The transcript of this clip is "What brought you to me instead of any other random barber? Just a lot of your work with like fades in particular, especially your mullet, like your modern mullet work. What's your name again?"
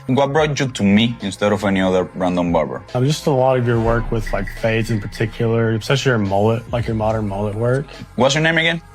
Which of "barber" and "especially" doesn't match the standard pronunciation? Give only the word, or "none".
especially